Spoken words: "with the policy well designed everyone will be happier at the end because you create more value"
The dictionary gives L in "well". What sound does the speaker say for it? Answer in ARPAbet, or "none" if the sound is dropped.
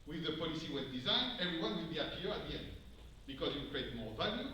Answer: N